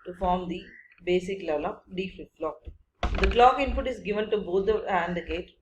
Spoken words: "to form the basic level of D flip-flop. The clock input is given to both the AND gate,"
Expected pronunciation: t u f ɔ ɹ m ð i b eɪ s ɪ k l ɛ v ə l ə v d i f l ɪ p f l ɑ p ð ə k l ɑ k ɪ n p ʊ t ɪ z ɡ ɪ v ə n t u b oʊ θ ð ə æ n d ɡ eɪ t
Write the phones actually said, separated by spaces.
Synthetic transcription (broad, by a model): t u f ɔ ɹ m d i b eɪ s ɪ k l ɛ v ə l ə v d i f ɪ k l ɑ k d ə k l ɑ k ɪ n p ʊ t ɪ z ɡ ɪ v ə n t u b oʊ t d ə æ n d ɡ eɪ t